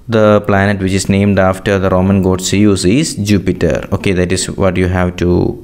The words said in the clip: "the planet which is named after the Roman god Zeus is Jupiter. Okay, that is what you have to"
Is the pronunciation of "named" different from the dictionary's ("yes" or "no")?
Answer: no